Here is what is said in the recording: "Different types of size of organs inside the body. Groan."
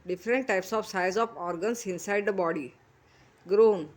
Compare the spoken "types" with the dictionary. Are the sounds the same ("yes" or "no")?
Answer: yes